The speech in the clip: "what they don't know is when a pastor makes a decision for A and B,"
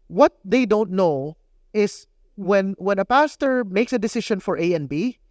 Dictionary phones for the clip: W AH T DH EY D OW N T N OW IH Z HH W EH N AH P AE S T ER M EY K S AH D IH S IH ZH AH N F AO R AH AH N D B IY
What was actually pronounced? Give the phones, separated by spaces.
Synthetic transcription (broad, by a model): W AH T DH EY D OW N T N OW IH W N W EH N AH P AE S T ER M EY K S AH D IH S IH SH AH N F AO R AH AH N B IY